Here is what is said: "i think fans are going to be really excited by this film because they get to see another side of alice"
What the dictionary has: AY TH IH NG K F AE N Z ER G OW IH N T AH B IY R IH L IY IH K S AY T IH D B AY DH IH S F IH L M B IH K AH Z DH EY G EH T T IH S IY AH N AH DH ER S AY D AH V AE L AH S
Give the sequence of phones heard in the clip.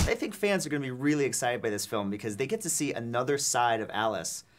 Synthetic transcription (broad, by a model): AY TH IH NG K F AE N Z ER G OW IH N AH B IY R IH L IY IH K S AY T IH D B AY DH IH S F IH L M B IH K AH Z DH EY G EH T T IH S IY AH N AH DH ER S AY D AH V AE L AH S